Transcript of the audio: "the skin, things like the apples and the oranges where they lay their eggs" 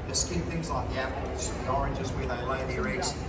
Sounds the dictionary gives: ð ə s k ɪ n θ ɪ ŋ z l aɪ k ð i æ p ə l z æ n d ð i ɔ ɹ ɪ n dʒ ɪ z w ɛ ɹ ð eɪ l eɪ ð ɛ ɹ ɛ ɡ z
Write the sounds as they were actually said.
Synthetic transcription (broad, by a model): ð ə s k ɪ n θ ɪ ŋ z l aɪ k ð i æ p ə z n ð i ɔ ɹ ɪ n dʒ ɪ z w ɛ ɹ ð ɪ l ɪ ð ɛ ɹ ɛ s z